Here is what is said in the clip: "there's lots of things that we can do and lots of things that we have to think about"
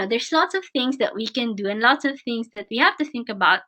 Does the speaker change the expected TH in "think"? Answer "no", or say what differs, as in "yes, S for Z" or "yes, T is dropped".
no